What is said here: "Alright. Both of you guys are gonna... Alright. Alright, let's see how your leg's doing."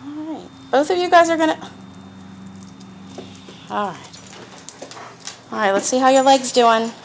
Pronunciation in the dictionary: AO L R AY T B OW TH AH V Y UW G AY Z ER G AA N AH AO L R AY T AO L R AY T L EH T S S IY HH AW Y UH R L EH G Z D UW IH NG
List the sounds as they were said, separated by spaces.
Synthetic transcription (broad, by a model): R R AY T B OW TH AH V Y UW G AY Z ER G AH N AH AO L R AY T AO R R AY T L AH T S S IY HH AW Y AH R L EH G Z D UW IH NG